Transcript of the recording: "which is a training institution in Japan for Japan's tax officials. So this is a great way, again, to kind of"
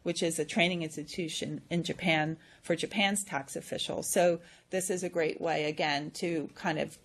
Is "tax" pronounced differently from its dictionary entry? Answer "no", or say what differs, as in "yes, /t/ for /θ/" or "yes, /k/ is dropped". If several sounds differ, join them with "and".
no